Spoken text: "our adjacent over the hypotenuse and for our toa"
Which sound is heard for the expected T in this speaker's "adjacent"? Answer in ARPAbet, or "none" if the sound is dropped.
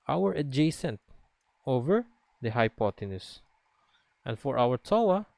T